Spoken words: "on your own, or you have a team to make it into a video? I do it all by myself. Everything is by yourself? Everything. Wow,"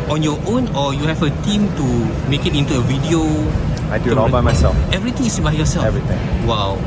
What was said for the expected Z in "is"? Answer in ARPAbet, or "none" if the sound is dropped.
S